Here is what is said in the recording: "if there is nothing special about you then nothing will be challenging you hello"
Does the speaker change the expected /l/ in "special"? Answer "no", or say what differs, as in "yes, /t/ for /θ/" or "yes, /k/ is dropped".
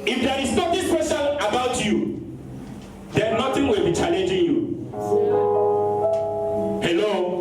yes, /n/ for /l/